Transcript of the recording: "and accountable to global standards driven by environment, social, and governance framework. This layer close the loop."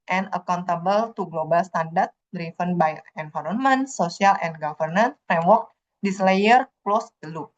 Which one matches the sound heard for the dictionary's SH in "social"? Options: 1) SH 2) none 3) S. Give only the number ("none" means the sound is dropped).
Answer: 3